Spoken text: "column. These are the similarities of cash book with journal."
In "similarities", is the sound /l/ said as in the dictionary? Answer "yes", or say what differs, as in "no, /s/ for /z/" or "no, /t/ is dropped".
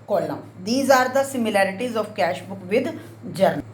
yes